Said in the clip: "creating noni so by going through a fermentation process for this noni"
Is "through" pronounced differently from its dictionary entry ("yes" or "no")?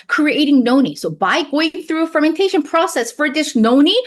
no